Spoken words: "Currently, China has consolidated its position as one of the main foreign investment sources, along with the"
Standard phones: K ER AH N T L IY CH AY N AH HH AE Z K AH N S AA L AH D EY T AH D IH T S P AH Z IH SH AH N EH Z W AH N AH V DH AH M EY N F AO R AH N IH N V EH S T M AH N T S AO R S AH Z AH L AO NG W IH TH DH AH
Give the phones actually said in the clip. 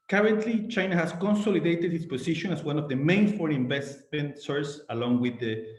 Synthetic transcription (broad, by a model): K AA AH N T L IY CH AY N AH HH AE S K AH N S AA L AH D EY T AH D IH S P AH S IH SH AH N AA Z W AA N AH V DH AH M EY N F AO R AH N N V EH S T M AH N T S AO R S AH L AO NG W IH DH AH